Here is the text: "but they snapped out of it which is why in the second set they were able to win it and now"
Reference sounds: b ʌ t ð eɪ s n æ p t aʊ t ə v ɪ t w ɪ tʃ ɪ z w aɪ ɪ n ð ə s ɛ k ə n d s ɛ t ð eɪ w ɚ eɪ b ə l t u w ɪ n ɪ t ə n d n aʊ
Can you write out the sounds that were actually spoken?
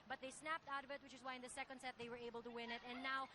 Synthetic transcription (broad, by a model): b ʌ t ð eɪ s n æ p t aʊ t ə v ɪ t w ɪ tʃ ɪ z w aɪ ɪ n ð ə s ɛ k ə n d s ɛ t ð eɪ w ɚ eɪ b ə l t u w ɪ n ɪ t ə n n aʊ